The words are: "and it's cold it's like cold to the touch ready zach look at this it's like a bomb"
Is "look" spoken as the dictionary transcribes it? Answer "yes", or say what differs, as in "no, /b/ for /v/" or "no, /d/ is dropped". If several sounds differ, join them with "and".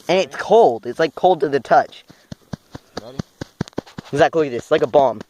no, /k/ is dropped